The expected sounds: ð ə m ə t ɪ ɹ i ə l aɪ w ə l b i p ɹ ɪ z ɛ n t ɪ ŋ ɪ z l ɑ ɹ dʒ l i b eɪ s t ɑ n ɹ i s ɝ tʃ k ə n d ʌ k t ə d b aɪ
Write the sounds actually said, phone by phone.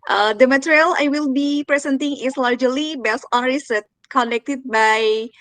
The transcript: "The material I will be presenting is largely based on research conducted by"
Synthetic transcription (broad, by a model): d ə m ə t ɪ ɹ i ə l aɪ w ə l b i p ɹ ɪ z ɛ n t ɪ ŋ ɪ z l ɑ ɹ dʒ l i b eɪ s ɑ n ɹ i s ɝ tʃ k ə n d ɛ k t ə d b aɪ